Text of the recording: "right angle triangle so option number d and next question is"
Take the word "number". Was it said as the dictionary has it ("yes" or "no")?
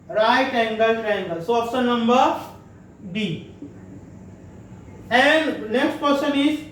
yes